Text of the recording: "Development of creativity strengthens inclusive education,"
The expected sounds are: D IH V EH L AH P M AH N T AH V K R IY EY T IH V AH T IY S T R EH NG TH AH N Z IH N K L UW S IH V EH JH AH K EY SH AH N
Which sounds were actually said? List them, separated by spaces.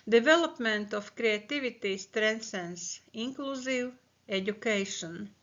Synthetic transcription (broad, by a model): D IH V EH L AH P M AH N T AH F K R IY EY T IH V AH T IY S T R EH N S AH N S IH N K L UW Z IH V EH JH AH K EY SH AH N